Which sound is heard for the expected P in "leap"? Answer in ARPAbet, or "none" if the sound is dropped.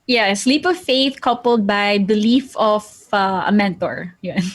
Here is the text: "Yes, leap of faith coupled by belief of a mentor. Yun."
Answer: P